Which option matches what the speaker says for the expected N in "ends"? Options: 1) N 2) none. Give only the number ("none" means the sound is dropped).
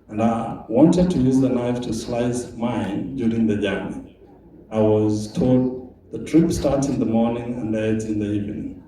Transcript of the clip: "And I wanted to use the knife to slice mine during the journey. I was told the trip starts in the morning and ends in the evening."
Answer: 2